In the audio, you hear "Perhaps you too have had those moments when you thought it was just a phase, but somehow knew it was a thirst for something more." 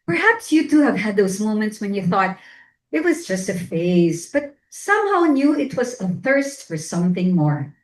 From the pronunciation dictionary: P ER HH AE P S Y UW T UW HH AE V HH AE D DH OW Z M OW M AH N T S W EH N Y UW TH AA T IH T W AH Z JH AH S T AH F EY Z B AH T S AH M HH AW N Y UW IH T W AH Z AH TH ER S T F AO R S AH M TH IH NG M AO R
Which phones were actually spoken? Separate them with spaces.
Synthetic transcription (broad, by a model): P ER HH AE P S Y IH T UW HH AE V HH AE D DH OW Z M OW M AH N T S W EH N Y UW TH AA T IH T W AH Z JH AH S T AH F EY Z B AH T S AH M HH AW N Y UW IH T W AH Z AH TH ER S T F AO R S AH M TH IH NG M AO R